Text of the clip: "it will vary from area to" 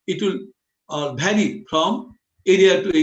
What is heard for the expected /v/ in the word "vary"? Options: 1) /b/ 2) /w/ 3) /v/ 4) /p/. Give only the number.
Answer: 1